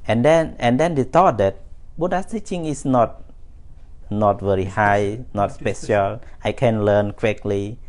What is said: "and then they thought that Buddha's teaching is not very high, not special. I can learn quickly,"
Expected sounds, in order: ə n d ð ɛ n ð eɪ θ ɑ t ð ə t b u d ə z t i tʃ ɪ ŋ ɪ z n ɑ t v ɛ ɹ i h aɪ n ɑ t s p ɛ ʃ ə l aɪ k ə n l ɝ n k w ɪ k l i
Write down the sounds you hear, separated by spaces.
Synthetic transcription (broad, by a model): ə n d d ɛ n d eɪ t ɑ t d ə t b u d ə t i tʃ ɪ ŋ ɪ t n ɑ t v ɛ ɹ i h aɪ n ɑ t s p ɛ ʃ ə l aɪ k ə n l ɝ n k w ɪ k l i